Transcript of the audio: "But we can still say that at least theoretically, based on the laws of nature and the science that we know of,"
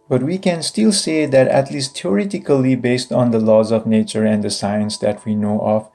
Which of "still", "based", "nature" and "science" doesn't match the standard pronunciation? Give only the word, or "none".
none